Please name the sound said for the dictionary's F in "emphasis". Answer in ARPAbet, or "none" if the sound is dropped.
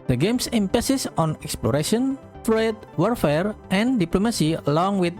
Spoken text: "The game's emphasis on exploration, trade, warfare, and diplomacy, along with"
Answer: P